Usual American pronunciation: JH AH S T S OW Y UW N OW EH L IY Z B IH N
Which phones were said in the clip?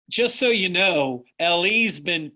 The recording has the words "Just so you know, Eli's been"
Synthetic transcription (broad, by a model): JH AH S T S OW Y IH N OW EH L IY Z B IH N